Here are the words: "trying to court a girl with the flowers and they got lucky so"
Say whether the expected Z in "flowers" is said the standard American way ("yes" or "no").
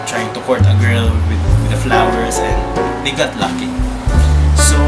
no